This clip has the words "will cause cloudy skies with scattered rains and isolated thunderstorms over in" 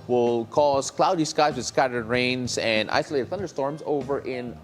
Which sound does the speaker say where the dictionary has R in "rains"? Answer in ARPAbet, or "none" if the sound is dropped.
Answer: R